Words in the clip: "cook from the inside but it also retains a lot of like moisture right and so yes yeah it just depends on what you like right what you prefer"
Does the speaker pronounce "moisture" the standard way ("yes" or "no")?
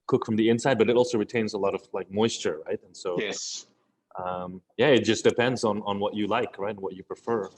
yes